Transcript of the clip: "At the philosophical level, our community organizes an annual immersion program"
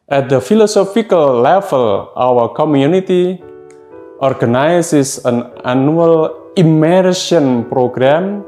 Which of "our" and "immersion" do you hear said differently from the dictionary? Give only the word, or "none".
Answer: immersion